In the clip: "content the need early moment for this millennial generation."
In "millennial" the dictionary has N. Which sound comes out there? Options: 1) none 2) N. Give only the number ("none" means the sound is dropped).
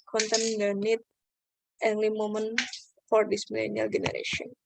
2